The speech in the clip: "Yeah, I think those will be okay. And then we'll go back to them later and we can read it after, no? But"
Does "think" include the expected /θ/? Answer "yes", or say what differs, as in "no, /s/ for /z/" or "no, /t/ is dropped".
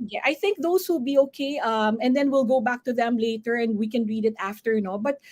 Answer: yes